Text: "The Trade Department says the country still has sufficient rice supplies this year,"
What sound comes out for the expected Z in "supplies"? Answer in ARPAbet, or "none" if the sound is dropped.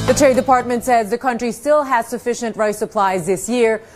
Z